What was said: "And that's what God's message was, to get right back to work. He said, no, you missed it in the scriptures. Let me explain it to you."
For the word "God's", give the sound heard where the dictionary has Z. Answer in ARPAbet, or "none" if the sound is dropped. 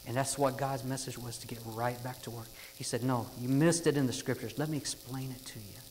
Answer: Z